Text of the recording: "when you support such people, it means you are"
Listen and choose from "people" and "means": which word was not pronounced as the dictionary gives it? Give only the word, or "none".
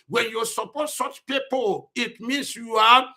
means